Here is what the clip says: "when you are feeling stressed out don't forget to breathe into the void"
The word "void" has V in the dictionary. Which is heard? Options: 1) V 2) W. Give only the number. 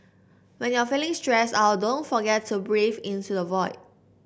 1